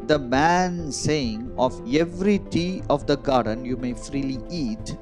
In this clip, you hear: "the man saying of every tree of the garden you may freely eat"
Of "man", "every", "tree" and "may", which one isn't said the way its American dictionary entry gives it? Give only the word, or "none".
tree